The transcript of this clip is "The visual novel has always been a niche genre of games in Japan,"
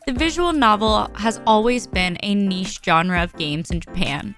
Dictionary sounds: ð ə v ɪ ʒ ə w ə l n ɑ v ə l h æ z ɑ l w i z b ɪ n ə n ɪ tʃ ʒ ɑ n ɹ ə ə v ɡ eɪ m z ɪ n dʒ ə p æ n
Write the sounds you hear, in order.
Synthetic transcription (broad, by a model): ð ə v ɪ ʒ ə w l n ɑ v l h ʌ z ɑ l w i z b ɪ n ə n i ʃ ʒ ɑ n ɹ ə ə v ɡ eɪ m z ɪ n dʒ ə p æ n